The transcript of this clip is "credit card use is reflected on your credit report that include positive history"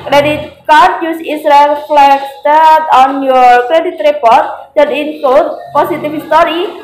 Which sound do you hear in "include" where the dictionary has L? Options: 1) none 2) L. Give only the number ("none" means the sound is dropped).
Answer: 1